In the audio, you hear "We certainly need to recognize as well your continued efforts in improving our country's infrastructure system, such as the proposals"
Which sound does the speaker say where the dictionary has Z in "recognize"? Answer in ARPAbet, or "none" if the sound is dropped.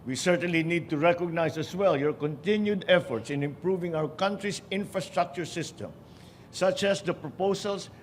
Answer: S